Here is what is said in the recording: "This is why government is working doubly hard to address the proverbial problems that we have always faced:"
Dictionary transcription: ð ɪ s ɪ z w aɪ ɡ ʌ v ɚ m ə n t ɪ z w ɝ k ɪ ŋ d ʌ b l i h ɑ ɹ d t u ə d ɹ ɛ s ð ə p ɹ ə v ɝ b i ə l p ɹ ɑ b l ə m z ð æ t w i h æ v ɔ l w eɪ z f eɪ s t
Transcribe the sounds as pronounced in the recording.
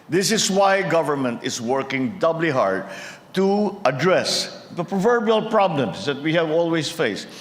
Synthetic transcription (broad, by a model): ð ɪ s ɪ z w aɪ ɡ ʌ v ɚ m ə n t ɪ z w ɝ k ɪ ŋ d ʌ b l i h ɑ ɹ d t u ə d ɹ ɛ s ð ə p ɹ ə v ɝ b i ə l p ɹ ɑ b l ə m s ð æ t w i h æ v ɔ l w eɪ s f eɪ s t